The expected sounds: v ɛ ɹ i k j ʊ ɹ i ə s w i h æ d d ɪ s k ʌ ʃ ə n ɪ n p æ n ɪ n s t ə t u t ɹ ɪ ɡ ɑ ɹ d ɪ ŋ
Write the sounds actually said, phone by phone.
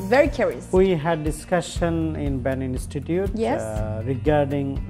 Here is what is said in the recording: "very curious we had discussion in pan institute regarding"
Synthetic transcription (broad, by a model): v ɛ ɹ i k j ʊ ɹ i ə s w i h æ d d ɪ s k ʌ ʃ ə n ɪ n b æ n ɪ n s t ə t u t ɹ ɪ ɡ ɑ ɹ d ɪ ŋ